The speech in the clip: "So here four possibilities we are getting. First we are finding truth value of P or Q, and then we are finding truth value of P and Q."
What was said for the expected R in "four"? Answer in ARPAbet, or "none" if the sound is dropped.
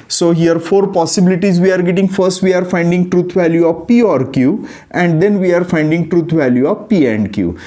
R